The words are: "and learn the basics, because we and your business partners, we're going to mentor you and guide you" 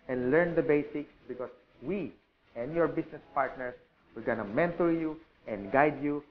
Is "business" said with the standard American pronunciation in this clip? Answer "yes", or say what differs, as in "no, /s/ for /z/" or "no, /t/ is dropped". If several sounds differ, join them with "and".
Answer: no, /s/ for /z/